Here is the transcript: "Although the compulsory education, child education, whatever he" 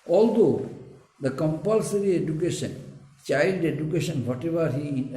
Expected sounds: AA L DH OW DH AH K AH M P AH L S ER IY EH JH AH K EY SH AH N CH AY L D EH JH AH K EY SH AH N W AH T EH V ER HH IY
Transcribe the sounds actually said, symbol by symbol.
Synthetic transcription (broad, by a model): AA L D OW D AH K AH M P AH L S ER IY EH JH AH K EY SH AH N CH AY L D EH JH AH K EY SH AH N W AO T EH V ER HH IY